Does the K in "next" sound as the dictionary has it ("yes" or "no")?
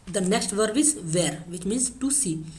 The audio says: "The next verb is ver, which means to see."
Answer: yes